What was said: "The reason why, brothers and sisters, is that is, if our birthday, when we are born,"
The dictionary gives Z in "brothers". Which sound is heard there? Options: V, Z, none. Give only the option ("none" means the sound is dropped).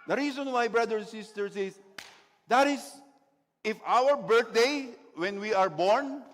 none